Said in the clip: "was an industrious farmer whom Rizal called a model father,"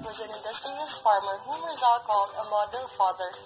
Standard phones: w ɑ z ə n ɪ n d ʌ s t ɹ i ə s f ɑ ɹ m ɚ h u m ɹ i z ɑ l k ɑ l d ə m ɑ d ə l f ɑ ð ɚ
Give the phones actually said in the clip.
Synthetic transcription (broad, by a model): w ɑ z ə n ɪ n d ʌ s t i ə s f ɑ ɹ m ɚ h u m ɹ i z ɑ l k ɑ l d ə m ɑ d ə l f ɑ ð ɚ